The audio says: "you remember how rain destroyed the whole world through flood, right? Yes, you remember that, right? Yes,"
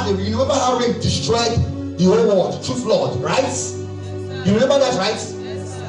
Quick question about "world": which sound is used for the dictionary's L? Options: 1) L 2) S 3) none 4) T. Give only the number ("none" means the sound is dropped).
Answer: 3